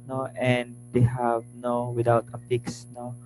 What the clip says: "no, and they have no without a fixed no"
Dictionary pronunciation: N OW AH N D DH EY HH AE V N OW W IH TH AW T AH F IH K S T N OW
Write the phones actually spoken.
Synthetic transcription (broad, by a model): N OW AH N D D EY HH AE V N OW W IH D AW T AH P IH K S N OW